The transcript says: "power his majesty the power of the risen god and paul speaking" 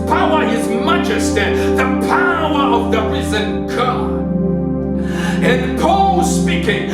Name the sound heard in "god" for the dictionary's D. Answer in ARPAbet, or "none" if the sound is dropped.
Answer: none